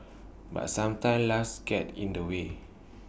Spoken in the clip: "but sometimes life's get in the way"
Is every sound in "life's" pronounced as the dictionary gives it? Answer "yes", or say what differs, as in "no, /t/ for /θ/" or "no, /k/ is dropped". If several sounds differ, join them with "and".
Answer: no, /f/ is dropped